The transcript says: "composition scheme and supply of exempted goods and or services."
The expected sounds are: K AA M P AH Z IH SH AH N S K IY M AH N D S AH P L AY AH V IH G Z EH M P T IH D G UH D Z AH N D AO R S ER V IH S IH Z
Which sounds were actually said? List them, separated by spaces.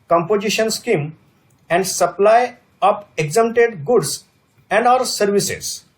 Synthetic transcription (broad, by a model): K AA M P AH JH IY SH AH N S K IY M AH N D S AH P L AY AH P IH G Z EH M T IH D G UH D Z AH N D AO R S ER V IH S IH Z